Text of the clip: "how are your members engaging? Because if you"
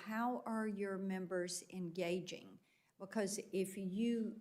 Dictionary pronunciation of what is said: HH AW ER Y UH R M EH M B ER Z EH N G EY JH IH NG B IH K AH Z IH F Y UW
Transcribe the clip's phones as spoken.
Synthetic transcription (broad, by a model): HH AW ER Y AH R M EH M B ER Z EH N G EY JH IH NG B IH K AH Z IH F Y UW